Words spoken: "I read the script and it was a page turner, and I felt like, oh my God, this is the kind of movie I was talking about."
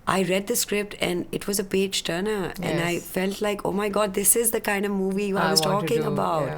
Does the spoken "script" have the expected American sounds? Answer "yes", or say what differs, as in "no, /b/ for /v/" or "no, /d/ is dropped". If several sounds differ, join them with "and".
yes